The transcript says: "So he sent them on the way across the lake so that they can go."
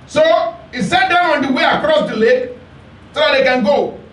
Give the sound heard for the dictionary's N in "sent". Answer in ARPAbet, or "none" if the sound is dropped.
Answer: none